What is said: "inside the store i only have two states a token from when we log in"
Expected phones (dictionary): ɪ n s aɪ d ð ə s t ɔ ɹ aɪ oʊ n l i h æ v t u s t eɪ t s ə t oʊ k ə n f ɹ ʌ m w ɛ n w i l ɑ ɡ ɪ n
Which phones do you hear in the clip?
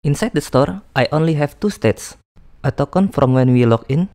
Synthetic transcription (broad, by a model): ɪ n s aɪ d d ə s t ɔ ɹ aɪ oʊ n l i h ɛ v t u s t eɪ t s ə t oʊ k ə n f ɹ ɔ m w ɛ n w i l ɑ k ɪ n